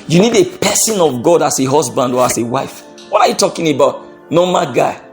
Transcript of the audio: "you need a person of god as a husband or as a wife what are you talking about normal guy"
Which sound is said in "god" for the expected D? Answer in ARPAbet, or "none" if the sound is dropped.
D